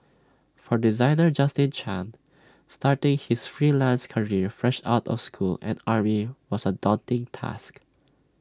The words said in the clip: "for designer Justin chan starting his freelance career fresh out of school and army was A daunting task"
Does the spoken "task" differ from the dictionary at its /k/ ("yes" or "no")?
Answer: no